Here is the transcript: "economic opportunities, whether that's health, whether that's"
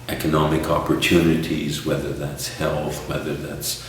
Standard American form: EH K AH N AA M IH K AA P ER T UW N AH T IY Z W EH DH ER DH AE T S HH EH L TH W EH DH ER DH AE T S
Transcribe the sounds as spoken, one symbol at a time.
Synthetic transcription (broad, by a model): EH K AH N AA M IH K AA P ER T UW N AH T IY Z W EH DH ER DH AE T S HH EH L TH W EH DH ER DH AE T S